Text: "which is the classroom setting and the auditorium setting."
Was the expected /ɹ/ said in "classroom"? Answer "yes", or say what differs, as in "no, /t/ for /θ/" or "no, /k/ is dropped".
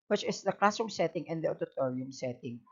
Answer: no, /ɹ/ is dropped